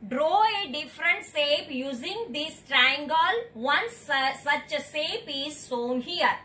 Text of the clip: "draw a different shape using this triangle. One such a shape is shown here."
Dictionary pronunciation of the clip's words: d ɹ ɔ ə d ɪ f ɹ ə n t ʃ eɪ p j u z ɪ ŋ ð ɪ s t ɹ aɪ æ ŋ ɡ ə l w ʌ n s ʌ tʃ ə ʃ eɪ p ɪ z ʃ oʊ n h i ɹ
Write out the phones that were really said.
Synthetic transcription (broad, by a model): d ɹ ɔ ə d ɪ f ɹ ə n t s eɪ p j u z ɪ ŋ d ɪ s t ɹ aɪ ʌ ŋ ɡ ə l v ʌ n s ʌ tʃ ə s eɪ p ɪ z s oʊ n h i ɹ